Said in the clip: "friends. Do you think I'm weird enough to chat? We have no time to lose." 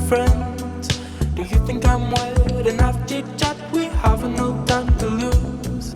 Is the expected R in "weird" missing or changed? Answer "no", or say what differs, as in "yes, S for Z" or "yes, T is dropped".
yes, L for R